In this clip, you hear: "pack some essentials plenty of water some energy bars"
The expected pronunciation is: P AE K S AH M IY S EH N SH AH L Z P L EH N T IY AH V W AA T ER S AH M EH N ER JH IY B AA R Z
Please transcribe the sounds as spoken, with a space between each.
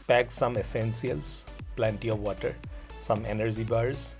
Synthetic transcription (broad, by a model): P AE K S AH M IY S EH N S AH L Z P L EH N T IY AH V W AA T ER S AH M EH N ER JH IY B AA R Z